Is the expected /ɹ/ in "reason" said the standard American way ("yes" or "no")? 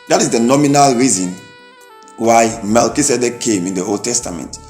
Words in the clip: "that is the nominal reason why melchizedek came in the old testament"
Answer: yes